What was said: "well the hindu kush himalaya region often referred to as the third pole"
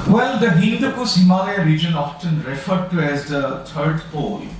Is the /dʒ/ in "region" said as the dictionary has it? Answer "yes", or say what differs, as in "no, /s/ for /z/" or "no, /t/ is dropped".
yes